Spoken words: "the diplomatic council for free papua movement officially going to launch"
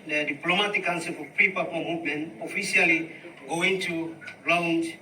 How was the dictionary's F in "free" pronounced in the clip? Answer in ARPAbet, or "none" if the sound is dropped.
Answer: P